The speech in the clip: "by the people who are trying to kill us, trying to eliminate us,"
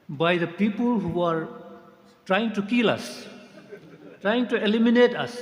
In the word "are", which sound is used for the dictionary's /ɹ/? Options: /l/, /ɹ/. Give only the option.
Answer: /ɹ/